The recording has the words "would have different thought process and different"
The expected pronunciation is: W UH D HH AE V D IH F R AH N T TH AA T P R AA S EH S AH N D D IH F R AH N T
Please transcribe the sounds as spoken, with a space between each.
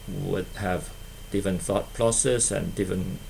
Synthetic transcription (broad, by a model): W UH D HH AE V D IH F AH N TH AA T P L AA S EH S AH N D D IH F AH N